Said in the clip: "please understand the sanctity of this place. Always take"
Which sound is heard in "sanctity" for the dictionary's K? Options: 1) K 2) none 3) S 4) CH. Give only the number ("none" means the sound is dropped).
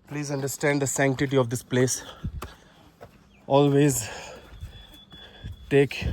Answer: 1